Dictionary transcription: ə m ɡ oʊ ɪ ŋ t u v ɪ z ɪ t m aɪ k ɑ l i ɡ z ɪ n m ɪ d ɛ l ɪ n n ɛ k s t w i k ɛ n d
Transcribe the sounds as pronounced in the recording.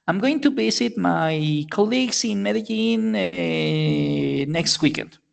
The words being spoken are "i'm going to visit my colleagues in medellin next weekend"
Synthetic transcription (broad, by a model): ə m ɡ oʊ ɪ ŋ t u b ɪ s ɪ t m aɪ k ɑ l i ɡ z ɪ n m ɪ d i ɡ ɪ n n ɛ k s t w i k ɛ n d